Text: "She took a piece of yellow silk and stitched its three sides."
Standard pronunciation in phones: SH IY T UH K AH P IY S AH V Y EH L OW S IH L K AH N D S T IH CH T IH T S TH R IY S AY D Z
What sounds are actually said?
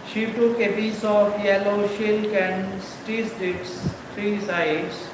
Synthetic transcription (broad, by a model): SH IY T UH K AH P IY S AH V Y EH L OW SH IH L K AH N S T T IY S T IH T S T R IY S AY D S